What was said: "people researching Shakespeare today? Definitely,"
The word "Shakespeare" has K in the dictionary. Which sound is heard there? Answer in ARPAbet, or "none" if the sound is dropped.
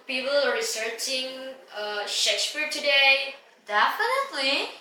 K